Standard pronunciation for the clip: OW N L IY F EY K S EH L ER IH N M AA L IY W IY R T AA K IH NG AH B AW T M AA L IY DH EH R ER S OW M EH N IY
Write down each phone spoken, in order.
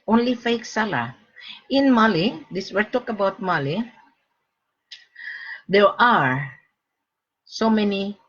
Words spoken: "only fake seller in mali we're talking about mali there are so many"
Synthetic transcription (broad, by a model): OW N L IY F EY K S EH L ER IH N M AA L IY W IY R T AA K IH AH B AW T M AA L IY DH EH R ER S OW M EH N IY